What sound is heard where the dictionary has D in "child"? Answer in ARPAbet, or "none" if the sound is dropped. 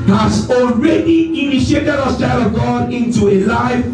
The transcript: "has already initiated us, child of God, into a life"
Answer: none